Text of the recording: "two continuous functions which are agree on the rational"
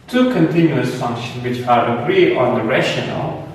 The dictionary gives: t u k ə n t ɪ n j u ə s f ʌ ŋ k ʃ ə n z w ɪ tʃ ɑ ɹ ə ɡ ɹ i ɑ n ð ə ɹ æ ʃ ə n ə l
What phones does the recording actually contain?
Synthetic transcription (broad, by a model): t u k ə n t ɪ n j u ə s f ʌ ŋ k ʃ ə n w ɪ tʃ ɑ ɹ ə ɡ ɹ i ɑ n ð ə ɹ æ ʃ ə n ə l